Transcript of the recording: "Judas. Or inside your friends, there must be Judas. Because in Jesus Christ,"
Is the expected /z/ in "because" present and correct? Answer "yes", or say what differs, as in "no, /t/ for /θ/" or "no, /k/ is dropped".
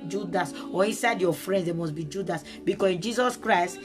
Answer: no, /s/ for /z/